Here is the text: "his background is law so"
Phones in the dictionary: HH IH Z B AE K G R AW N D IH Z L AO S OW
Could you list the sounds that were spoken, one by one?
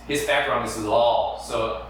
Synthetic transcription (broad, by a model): HH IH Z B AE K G R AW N IH Z L AO S OW